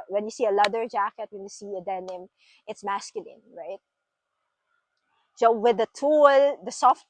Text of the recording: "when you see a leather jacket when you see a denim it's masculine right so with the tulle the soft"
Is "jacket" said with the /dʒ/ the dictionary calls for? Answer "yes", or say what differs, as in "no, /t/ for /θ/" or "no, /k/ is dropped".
yes